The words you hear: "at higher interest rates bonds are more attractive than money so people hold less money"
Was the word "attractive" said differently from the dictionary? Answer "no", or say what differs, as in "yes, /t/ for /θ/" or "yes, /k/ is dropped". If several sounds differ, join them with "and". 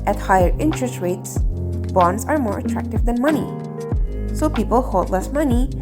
no